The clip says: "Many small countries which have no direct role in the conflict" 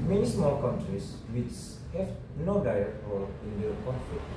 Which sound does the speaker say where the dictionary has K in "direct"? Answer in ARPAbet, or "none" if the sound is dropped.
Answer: none